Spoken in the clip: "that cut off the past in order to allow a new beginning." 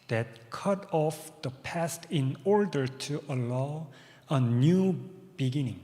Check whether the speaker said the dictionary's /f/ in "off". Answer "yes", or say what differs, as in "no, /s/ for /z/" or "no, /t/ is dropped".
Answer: yes